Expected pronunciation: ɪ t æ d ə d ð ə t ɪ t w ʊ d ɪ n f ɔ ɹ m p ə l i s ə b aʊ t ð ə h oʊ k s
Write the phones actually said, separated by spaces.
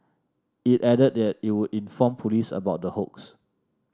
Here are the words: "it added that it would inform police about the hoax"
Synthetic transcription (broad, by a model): ɪ t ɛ d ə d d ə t ɪ t w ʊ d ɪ n f ɔ m p ə l i s ə b aʊ t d ə h oʊ k s